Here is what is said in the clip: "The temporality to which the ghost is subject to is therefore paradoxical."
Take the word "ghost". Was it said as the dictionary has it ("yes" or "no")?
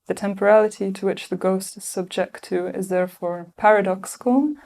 yes